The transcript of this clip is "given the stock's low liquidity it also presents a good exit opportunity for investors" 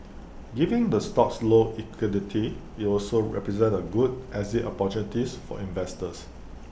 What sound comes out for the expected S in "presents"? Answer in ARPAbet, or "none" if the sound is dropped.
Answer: none